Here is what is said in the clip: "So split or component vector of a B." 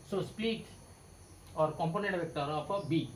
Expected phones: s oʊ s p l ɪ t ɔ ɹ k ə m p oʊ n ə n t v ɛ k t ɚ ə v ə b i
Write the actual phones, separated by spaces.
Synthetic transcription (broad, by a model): s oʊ s p l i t ɔ ɹ k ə m p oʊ n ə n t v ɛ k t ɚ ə p ə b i